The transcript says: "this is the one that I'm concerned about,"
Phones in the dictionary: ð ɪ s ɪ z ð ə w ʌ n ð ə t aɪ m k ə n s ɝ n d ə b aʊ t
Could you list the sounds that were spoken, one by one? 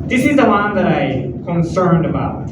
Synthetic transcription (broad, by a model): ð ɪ s ɪ z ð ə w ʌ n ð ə t aɪ k ə n s ɝ n d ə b aʊ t